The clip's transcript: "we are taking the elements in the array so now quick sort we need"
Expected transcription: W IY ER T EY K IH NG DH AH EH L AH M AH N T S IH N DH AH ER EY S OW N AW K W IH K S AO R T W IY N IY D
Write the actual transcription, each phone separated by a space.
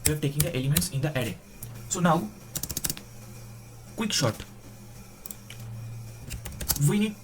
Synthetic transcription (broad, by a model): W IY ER T EY K IH NG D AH EH L AH M AH N T S IH N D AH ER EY S OW N AW K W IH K SH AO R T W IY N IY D